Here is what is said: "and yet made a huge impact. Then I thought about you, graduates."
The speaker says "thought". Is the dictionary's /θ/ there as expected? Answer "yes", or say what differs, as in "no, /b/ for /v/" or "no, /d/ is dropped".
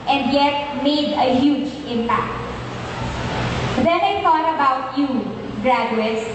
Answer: no, /t/ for /θ/